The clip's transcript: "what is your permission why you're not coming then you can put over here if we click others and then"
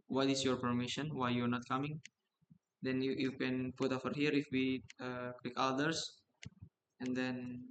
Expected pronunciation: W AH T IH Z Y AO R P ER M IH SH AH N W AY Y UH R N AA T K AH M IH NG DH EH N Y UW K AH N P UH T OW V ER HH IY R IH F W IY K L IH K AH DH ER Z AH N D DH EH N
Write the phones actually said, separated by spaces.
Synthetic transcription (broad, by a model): W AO T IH S Y AO R P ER M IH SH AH N W AY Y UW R N AA T K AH M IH NG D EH N Y UW K AH N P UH T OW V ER HH IY R IH F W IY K W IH K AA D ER S AH N D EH N